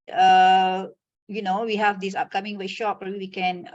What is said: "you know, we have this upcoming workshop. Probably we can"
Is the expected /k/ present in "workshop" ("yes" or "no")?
no